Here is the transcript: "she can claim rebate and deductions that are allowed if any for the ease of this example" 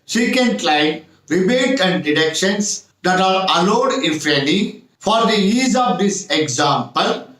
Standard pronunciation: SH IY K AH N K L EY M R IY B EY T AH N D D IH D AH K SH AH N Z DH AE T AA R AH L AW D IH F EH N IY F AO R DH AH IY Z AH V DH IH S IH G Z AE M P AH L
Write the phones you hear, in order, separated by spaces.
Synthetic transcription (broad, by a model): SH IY K AH N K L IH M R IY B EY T AH N D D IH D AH K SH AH N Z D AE T AA R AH L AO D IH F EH L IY F AO R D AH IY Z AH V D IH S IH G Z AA M P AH L